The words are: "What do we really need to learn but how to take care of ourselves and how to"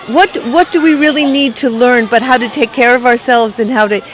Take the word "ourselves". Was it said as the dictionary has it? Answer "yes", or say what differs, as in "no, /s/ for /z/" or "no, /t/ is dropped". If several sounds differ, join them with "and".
yes